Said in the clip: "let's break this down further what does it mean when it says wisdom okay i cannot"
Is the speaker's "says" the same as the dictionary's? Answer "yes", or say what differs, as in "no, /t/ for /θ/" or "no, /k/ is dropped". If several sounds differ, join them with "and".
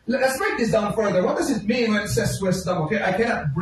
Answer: no, /s/ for /z/